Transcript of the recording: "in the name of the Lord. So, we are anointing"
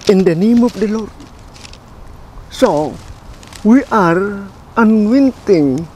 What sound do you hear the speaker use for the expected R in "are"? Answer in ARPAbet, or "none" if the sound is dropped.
R